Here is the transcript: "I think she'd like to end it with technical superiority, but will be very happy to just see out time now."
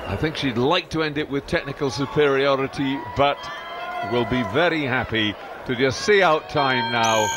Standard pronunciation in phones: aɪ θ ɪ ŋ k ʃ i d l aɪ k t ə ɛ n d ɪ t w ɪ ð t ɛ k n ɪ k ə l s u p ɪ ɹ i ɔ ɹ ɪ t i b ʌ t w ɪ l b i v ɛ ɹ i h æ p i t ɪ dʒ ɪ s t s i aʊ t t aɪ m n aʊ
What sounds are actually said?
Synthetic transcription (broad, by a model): aɪ θ ɪ ŋ k ʃ i d l aɪ k t ə ɛ n d ɪ t w ɪ ð t ɛ k n ɪ k ə l s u p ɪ ɹ i ɔ ɹ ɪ t i b ʌ t w ɪ l b i v ɛ ɹ i h æ p i t ɪ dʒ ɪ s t s i aʊ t t aɪ m n aʊ